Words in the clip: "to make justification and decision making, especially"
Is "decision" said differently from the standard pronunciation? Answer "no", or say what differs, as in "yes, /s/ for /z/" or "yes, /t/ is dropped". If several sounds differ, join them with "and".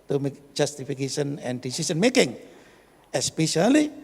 yes, /s/ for /ʒ/